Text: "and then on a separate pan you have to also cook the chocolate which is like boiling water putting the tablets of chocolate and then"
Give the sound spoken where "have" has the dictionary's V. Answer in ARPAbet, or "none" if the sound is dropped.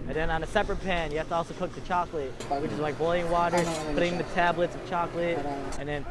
F